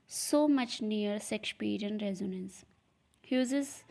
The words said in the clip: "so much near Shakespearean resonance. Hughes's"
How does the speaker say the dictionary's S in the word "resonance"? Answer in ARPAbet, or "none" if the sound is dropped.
S